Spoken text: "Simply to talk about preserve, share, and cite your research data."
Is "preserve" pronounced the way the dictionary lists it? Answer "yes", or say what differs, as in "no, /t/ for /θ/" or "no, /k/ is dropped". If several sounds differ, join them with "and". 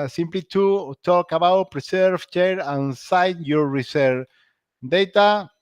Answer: no, /s/ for /z/